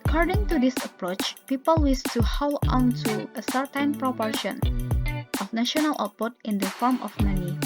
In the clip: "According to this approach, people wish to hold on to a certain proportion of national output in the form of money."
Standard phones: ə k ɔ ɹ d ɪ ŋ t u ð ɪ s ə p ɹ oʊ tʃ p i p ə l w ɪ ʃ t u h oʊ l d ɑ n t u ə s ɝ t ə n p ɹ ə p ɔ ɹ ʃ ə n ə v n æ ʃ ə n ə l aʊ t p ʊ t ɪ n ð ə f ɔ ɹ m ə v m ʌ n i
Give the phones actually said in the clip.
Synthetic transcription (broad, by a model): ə k ɔ ɹ d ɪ ŋ t u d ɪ s ə p ɹ oʊ tʃ p i p ə l w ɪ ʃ t u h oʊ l ɑ n t u ə s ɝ t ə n p ɹ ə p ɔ ɹ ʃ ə n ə f n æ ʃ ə n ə l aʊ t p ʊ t ɪ n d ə f ɔ ɹ m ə f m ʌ n i